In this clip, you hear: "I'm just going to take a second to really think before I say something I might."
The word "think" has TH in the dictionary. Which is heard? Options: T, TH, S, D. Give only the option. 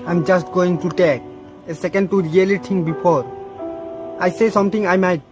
T